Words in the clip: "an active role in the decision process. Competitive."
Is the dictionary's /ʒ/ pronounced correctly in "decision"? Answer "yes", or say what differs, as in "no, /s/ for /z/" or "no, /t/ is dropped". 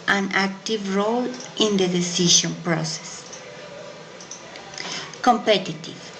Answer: no, /ʃ/ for /ʒ/